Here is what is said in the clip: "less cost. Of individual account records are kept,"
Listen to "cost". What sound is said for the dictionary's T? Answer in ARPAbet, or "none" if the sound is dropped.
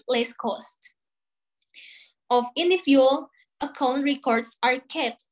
T